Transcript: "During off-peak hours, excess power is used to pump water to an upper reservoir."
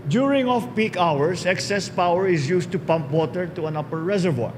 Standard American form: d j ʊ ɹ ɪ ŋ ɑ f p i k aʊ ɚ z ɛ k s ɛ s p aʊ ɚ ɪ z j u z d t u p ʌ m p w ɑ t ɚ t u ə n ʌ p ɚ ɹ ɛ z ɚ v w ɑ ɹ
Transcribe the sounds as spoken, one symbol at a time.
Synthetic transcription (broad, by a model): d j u ɹ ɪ ŋ ɑ f p i k aʊ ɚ s ɛ k s ɛ s p aʊ ɚ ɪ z j u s t u p ʌ m p w ɑ t ɚ t u ə n ʌ p ɚ ɹ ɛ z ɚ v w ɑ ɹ